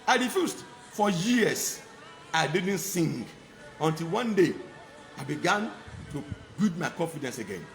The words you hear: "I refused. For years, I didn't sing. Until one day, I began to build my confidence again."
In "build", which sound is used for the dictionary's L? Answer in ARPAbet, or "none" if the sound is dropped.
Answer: none